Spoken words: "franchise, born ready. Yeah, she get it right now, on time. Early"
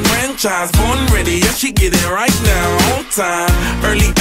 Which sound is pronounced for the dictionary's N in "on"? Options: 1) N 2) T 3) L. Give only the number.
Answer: 3